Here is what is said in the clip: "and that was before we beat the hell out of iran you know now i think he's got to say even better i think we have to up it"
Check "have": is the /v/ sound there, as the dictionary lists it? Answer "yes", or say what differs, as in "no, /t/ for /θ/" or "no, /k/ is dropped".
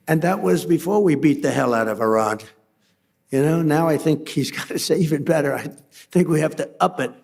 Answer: no, /f/ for /v/